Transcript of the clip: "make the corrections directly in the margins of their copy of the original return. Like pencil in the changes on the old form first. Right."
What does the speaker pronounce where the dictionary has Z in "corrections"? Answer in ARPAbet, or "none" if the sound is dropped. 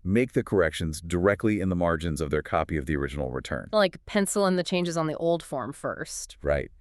Z